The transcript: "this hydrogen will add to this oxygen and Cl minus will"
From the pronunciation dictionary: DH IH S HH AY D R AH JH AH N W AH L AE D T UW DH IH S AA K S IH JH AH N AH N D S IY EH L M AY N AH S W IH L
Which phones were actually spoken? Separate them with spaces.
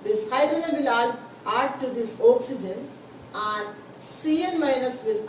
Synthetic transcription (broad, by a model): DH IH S HH AY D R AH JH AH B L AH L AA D T UW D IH S AA K S IH JH AH N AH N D S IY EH N M AY N AH S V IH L